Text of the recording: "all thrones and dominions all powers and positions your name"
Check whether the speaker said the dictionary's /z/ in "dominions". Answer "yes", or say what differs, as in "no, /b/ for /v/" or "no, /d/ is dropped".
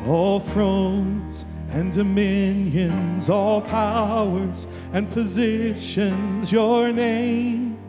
yes